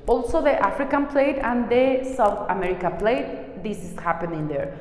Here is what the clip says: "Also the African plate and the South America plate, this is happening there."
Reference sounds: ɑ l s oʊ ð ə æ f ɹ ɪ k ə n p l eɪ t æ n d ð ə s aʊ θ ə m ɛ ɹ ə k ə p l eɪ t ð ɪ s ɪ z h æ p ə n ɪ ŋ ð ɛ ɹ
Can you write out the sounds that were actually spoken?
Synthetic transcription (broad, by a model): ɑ l s oʊ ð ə æ f ɹ ɪ k ə n p l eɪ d æ n d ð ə s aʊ t ə m ɛ ɹ ə k ə p l eɪ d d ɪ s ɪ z h æ p ə n ɪ ŋ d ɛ ɹ